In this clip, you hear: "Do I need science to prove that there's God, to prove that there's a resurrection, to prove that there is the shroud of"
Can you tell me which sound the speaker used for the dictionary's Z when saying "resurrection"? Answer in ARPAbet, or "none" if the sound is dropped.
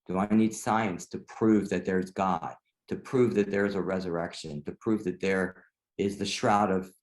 Z